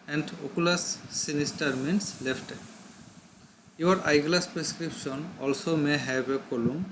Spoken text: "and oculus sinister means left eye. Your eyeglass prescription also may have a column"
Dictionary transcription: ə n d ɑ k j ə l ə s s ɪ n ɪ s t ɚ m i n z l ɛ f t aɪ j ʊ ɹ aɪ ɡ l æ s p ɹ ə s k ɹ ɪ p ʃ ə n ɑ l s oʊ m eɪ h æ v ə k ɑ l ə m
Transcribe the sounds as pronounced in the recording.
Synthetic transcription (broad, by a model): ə n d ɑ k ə l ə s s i n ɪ s t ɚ m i n s l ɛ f t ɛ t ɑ ɹ aɪ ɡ l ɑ s p ɹ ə s k ɹ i p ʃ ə n ɑ l s oʊ m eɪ h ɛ b ə k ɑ l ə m